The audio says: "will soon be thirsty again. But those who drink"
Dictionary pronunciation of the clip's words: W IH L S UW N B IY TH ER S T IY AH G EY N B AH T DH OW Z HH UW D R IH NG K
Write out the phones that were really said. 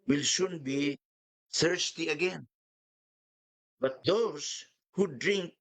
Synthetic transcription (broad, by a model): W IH L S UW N B IY S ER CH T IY AH G EY N B AH T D OW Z HH UW D R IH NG K